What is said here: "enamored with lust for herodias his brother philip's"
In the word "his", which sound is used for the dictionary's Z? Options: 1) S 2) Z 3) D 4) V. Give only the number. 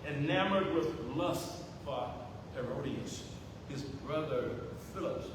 2